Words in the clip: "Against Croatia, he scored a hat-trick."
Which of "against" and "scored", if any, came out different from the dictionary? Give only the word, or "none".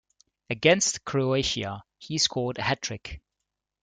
scored